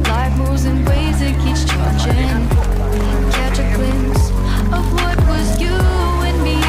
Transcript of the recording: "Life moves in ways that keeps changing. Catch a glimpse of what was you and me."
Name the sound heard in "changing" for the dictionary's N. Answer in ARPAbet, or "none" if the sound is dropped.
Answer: none